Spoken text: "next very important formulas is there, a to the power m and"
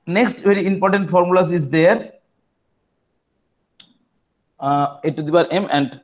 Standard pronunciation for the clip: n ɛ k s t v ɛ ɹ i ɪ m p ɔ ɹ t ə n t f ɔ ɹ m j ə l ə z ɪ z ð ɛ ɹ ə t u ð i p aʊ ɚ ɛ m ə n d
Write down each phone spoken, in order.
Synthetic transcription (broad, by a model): n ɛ k s t v ɛ ɹ i ɪ m p ɔ ɹ t ə n t f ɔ ɹ m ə l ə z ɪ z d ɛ ɹ ə t u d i b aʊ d ɛ m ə n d